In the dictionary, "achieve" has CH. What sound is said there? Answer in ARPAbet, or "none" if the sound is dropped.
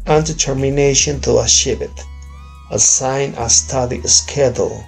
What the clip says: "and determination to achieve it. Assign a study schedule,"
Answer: SH